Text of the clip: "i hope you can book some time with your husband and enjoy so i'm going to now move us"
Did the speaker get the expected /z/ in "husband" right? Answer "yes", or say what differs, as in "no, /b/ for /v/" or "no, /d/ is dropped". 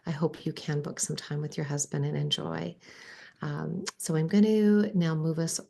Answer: yes